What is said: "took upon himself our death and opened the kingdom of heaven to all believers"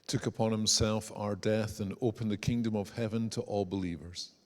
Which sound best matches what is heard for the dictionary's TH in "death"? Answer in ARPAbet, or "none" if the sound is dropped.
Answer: TH